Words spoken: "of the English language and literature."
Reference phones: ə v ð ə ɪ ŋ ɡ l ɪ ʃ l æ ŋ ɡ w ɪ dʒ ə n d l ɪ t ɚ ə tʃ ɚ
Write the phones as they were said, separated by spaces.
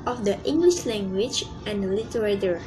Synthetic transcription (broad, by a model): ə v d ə ɪ ŋ ɡ l ɪ ʃ l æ ŋ ɡ w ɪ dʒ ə n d l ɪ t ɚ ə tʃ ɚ